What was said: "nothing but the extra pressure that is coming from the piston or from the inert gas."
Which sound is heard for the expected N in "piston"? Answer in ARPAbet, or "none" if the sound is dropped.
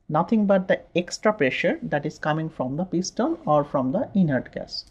L